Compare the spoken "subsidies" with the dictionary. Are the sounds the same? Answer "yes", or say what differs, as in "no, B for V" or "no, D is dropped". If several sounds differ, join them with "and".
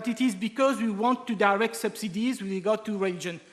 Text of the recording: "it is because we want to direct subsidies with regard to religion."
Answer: yes